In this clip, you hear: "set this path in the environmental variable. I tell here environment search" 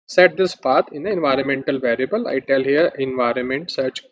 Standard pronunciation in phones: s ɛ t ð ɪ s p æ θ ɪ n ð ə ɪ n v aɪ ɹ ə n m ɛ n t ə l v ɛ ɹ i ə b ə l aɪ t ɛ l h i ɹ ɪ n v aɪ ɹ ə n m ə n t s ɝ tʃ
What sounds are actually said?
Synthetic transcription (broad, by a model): s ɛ t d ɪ s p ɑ t ɪ n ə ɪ n v aɪ ɹ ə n m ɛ n t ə l v ɛ ɹ i ə b ə l aɪ t ɛ l h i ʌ ɪ n v aɪ ɹ ə n m ə n t s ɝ tʃ